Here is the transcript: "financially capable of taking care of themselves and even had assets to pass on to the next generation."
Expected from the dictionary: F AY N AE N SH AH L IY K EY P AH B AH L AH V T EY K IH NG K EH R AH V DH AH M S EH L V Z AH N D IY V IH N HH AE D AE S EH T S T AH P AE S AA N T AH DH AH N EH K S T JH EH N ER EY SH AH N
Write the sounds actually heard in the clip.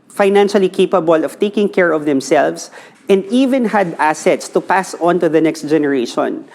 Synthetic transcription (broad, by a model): F AY N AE N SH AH L IY K EY P AH B AH L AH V T EY K IH NG K EH R AH V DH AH M S EH L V S AH N D IY V IH N HH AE D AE S EH T S T AH P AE S AA N T AH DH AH N EH K S T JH EH N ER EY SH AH N